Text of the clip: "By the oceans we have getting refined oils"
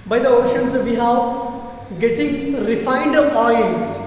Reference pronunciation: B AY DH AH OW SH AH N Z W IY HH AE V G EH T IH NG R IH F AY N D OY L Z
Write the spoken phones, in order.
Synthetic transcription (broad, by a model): B AY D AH OW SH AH N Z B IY HH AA F G EH T IH NG R IH F AY N D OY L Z